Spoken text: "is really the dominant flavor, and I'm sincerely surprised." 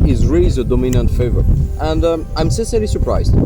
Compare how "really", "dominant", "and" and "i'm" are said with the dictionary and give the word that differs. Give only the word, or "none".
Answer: none